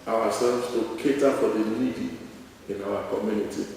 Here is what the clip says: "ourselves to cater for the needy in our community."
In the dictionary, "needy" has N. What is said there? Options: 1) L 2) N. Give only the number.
1